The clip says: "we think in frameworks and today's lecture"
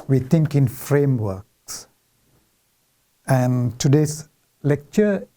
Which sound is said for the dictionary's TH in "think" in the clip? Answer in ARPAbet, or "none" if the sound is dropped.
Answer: T